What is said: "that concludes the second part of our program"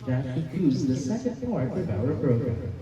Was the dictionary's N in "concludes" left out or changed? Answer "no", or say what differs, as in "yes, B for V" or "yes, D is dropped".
yes, N is dropped